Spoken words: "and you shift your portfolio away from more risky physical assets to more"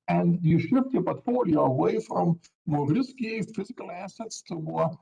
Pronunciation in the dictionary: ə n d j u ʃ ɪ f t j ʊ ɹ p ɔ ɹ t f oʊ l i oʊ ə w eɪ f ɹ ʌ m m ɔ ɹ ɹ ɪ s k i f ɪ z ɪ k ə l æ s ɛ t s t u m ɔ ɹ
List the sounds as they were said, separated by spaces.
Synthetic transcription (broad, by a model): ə n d j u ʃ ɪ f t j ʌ p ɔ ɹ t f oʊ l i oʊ ə w eɪ f ɹ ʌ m m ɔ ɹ ɹ ɪ s k i f ɪ z ɪ k ə l æ s ɛ t s t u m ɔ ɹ